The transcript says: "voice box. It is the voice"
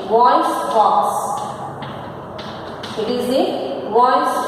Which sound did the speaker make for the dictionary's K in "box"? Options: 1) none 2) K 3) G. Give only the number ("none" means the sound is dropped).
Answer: 1